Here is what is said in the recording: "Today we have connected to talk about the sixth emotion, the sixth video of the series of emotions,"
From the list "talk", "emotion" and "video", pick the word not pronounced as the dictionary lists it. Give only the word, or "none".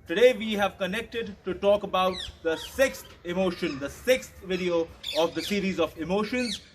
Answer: none